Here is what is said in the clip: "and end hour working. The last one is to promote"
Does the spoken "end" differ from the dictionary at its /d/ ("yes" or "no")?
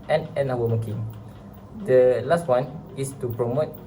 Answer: yes